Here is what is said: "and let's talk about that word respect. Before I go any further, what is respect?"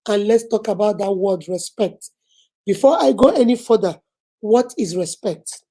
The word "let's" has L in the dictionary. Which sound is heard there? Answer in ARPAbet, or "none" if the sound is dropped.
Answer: L